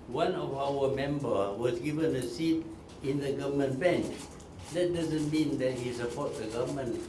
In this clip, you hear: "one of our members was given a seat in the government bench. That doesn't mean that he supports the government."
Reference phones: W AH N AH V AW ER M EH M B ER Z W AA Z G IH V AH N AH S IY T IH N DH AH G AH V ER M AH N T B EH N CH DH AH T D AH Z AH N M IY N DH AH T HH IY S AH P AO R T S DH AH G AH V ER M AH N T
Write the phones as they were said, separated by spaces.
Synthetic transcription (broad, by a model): W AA N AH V AW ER M EH M B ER W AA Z G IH V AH N AH S IY T IH N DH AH G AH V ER M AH N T B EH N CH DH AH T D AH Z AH N M IY N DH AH T HH IY S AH P AO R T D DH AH G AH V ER M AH N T